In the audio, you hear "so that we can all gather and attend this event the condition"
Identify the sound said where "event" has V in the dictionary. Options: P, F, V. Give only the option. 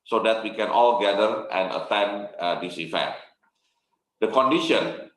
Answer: F